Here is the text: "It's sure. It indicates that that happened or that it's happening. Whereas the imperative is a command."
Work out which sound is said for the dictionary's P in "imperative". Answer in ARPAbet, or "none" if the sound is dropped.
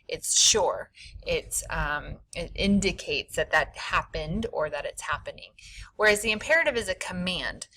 P